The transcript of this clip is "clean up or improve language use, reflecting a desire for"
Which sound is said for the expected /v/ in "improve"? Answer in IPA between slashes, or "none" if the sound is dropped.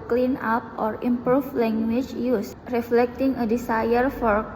/f/